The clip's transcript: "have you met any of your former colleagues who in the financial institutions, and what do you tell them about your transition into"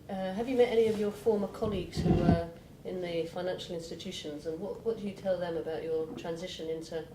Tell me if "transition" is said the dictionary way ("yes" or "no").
yes